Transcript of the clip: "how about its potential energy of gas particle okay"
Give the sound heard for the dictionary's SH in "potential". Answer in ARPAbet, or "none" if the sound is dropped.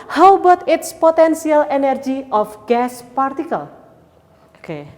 S